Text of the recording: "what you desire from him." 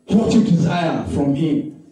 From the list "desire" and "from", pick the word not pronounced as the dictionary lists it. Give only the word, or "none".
none